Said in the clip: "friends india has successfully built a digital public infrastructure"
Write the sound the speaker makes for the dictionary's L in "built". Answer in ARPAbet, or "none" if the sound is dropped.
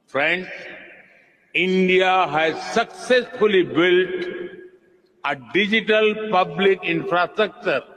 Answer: L